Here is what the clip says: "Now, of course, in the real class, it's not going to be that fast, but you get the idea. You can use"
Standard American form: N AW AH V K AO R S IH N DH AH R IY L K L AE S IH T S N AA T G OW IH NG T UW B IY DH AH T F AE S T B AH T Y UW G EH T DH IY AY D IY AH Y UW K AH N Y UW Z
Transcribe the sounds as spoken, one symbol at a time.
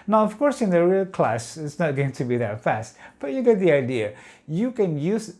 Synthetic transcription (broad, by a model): N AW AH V K AO R S IH N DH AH R IY L K L AE S IH T S N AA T G OW IH NG T UW B IY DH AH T F AE S T B AH T Y UW G EH T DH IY AY D IY AH Y UW K AH N Y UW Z